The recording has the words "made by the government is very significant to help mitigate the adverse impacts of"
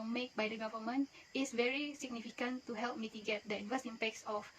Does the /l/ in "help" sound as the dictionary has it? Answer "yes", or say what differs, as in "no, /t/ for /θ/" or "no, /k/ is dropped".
yes